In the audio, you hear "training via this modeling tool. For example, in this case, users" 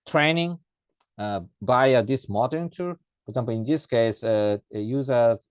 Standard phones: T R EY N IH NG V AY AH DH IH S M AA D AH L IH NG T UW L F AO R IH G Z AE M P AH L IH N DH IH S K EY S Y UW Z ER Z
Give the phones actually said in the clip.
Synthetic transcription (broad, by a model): T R EY N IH NG B AY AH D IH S M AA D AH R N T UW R F AO R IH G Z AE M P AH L IH N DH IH S K EY S Y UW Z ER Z